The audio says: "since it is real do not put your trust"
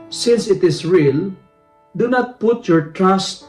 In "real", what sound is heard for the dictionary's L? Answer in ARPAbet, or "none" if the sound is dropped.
L